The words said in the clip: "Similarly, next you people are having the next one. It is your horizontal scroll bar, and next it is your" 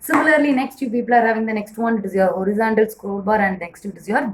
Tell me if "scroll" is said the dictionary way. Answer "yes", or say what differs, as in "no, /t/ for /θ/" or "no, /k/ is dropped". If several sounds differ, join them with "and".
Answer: no, /ɹ/ is dropped